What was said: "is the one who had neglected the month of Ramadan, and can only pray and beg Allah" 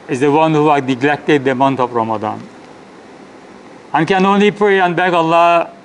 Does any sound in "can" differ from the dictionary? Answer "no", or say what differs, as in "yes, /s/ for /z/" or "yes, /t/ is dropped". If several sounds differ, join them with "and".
no